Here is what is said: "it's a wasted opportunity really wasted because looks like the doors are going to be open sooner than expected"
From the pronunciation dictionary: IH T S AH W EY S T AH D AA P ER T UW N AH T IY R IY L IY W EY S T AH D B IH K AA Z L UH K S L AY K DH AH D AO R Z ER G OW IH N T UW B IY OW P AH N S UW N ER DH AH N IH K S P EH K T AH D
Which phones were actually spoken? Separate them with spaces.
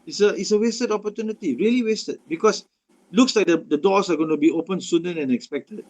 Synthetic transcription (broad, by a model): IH T S AH W EY S T AH D AA P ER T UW N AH T IY R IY L IY W EY S T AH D B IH K AA S L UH K S L AY K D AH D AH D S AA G OW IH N T UW B IY OW P AH N S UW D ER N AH N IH K S P EH K T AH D